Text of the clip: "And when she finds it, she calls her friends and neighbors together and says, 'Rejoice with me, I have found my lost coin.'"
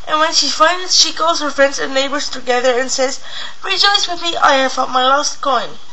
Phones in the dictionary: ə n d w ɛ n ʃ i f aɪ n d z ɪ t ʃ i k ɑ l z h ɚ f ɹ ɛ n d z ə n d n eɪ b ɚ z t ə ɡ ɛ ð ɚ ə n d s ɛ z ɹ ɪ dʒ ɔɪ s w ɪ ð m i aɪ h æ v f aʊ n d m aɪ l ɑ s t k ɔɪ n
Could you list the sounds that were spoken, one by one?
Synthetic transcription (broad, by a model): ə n w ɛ n ʃ i f aɪ n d ɪ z ʃ i k ɑ l z h ɚ f ɹ ɛ n d z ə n n eɪ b ɚ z t ə ɡ ɛ ð ɚ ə n s ɛ z ɹ ɪ dʒ ɔɪ s w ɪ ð m i aɪ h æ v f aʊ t m aɪ l ɑ s t k ɔɪ n